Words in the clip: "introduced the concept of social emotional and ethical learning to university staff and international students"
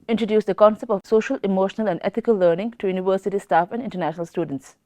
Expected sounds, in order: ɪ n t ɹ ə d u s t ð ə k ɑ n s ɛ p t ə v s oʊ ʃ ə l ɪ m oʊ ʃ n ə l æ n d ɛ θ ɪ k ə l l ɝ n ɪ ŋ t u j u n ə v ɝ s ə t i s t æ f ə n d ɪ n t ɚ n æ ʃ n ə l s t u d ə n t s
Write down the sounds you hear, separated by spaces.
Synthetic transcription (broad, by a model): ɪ n t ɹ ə d u s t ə k ɑ n s ɛ p t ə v s oʊ ʃ ə l ɪ m oʊ ʃ n ə l æ n d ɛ t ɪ k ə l l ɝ n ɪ ŋ t u j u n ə v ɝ s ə t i s t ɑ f ə n d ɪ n t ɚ n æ ʃ n ə l s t u d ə n t s